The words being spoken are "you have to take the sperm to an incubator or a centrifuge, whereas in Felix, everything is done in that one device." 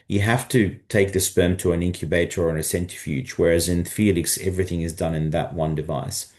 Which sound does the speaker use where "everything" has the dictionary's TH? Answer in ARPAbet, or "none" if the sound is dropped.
TH